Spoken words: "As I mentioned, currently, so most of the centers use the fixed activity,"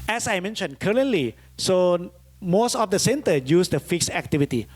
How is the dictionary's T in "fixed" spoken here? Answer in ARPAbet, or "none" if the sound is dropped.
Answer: none